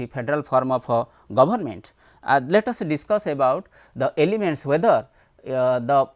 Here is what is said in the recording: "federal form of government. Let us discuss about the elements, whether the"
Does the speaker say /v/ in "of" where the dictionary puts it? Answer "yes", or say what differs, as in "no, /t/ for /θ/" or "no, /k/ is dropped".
no, /p/ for /v/